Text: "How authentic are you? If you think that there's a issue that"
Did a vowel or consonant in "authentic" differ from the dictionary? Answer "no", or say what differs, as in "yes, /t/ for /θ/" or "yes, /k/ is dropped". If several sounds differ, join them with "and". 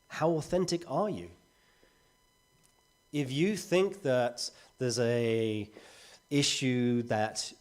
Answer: no